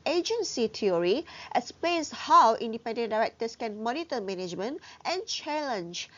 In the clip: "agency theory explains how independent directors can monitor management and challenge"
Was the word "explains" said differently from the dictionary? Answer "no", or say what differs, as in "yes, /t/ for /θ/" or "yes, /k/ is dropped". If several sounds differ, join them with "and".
yes, /k/ is dropped